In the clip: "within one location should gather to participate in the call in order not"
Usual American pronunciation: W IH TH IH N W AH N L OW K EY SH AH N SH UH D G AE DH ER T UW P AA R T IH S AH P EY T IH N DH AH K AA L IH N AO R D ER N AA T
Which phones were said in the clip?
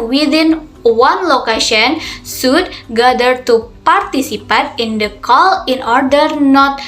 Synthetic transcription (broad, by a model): W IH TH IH N W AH N L OW K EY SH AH N S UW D G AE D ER T UW P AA R T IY S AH P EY T IH N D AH K AA L IH N AO R D ER N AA T